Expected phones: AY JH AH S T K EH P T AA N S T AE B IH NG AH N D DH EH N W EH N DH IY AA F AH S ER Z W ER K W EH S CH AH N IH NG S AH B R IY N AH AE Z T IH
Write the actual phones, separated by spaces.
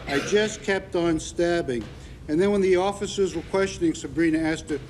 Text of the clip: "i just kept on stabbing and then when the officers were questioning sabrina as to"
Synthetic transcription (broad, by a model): AY JH AH S K EH P T N S T AE B IH NG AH N DH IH N W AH N DH IY AA F AH S ER Z W ER K W EH S CH AH N IH NG S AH B R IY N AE S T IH